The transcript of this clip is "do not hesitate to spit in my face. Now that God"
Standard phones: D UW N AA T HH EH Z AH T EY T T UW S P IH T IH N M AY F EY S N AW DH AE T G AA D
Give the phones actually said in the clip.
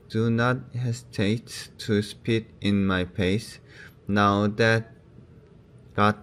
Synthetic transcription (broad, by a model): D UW N AA T HH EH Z T EY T T UW S P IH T IH N M AY P EY S N AW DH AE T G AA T